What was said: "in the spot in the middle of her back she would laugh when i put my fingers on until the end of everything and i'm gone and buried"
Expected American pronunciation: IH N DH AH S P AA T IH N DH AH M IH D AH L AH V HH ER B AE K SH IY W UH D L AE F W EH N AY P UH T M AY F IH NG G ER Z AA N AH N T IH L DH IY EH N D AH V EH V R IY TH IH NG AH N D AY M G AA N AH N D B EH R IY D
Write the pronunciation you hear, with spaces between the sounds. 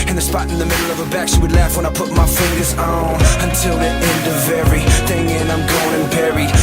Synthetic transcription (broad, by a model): IH N DH AH S P AA T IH N DH AH M IH D L AH V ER B AE K S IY W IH D L AE F W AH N AY P UH T M AY F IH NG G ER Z N AH N T IH L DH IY EH N D AH V EH R IY TH IH NG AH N AY M G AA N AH N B EH R IY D